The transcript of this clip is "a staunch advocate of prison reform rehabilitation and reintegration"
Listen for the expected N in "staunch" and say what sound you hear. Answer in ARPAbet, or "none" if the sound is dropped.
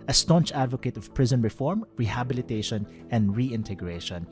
N